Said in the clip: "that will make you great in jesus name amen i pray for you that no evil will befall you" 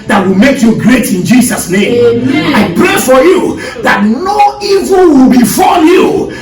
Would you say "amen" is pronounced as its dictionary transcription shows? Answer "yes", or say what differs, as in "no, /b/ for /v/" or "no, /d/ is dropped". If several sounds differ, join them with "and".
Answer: no, /m/ is dropped